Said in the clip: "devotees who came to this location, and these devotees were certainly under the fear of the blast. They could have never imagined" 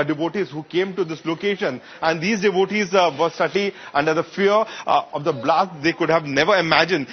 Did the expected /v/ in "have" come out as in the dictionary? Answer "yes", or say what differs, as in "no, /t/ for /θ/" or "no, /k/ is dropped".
yes